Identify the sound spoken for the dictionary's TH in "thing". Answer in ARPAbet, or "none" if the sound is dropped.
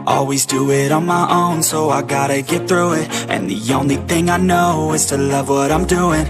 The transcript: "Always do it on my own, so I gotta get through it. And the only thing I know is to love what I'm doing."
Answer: TH